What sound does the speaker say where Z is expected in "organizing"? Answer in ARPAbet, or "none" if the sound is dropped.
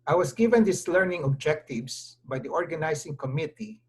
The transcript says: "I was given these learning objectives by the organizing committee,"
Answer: S